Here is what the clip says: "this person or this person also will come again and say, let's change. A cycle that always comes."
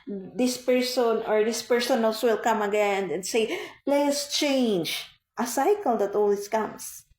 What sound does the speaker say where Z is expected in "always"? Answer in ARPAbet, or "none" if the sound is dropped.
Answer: S